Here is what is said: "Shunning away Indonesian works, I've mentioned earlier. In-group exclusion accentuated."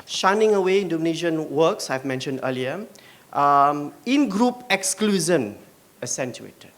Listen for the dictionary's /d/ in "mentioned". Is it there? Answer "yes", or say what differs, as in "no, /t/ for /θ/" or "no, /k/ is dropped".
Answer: yes